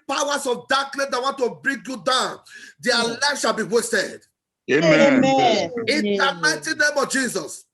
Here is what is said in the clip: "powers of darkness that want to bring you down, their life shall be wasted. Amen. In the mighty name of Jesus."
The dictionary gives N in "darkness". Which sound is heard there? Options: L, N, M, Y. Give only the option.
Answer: L